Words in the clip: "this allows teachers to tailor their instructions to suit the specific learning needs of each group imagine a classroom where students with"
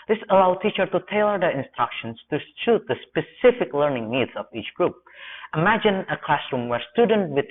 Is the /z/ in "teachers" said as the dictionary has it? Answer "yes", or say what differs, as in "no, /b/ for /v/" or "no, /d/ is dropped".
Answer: no, /z/ is dropped